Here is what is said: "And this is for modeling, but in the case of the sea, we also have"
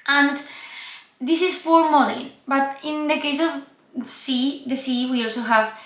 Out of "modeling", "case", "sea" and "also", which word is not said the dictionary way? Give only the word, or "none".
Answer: modeling